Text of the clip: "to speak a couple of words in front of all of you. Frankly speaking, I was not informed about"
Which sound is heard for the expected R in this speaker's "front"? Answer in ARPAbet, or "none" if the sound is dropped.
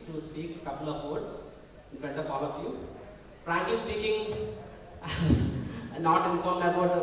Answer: none